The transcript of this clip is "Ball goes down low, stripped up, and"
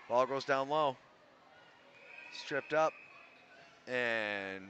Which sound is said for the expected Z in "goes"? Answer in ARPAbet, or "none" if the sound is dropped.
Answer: Z